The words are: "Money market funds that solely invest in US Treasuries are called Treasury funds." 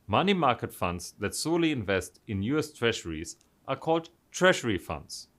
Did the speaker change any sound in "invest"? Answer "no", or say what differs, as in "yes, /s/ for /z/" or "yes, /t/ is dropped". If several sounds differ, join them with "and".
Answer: no